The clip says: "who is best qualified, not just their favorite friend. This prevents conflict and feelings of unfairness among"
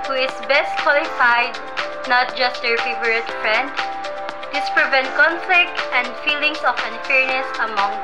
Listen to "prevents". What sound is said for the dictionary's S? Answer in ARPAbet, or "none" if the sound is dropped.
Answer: none